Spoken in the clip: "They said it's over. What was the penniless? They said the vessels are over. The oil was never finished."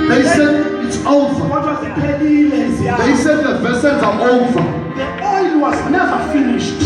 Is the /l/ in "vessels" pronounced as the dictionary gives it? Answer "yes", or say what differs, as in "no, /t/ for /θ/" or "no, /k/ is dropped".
no, /n/ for /l/